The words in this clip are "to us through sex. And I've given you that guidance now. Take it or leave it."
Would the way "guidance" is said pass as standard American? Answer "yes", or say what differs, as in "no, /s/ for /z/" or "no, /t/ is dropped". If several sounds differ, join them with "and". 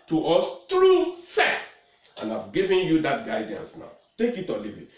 yes